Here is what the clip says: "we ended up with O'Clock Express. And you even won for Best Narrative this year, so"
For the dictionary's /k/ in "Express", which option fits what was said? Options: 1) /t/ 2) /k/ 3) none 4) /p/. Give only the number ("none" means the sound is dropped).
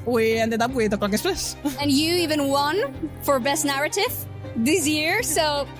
3